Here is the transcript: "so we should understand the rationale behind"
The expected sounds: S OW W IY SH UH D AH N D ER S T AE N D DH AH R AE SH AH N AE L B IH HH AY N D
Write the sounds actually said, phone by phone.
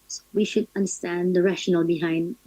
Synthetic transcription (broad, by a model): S W IY SH UH D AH N D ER S T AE N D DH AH R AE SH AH N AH L B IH HH AY N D